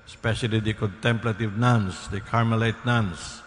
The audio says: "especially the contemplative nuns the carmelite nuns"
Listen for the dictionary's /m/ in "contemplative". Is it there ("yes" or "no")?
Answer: yes